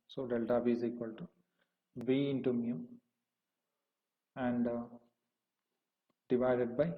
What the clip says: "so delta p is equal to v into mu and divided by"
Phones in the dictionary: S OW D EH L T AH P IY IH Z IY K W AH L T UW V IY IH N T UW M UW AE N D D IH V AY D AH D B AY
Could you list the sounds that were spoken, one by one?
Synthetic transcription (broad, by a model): S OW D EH L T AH B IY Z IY K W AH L T UW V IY IH N T UW M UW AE N D D IH V AY D AH D B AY